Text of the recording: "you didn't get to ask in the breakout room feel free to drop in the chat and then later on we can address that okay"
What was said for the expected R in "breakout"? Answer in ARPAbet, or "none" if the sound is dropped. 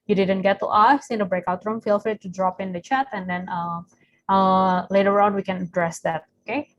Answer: R